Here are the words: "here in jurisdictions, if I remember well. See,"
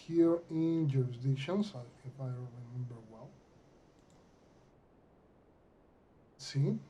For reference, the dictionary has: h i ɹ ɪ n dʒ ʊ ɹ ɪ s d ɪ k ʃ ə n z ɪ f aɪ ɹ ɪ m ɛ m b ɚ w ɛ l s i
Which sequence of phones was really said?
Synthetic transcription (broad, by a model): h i ɹ ɪ n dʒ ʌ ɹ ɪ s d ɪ ʃ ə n s ɪ f aɪ ɹ ɪ m ɛ m b ɚ w ɛ l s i